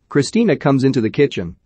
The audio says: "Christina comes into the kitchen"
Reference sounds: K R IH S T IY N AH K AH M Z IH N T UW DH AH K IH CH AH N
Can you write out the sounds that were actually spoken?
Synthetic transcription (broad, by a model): K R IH S T IY N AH K AH M Z IH N T UW DH AH K IH CH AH N